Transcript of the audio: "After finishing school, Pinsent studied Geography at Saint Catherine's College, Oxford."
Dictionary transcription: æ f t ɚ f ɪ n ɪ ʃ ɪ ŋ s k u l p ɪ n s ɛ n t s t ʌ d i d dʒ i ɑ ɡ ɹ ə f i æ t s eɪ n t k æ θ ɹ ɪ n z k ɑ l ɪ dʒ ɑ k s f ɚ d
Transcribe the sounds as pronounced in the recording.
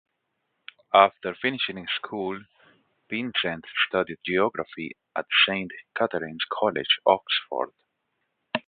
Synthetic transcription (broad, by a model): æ f t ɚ f ɪ n ɪ ʃ ɪ ŋ s k u l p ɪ n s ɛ n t s t ʌ d i d dʒ i ɑ ɡ ɹ ə f i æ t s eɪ n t k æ t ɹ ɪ n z k ɑ l ɪ dʒ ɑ k s f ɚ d